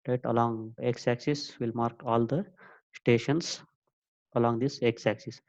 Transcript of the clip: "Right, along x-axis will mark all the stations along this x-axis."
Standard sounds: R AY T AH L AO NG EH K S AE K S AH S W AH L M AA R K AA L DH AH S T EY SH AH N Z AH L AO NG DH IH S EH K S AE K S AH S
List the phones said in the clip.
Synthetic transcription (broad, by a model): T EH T AH L AO NG EH K S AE K S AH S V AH L M AA R K AA L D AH S T EY SH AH N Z AH L AO NG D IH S EH K S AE K S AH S